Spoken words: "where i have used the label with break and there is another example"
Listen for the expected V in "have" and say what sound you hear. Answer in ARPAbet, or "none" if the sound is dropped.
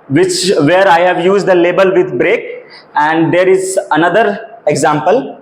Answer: V